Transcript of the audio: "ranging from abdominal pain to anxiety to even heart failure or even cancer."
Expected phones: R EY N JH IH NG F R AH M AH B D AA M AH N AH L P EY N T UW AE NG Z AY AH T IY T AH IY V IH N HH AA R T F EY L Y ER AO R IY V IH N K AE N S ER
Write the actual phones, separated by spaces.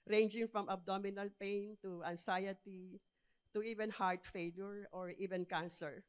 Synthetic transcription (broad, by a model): R EY N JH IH NG F R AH M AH B D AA M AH N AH L P EY N T UW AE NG S AY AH T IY T AH IY V IH N HH AA R T F EY L Y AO AO R IY V IH N K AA N S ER